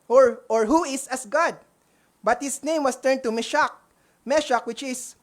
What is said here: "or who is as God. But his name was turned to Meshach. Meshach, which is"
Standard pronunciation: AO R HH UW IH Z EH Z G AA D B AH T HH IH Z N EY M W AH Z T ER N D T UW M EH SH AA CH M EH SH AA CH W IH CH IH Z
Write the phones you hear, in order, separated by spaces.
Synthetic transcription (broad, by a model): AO R HH UW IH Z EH S G AA D B AH T HH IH S N EY M W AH S T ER N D T UW M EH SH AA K M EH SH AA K W IH CH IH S